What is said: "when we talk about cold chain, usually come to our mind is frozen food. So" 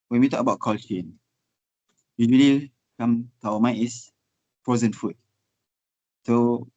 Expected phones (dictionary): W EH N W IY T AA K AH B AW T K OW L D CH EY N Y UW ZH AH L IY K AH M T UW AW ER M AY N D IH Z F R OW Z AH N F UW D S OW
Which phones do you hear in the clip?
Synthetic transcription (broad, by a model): W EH N W IY T AA K AH B AW T K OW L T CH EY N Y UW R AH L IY K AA M T UW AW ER M AY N IH S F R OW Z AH N F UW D S OW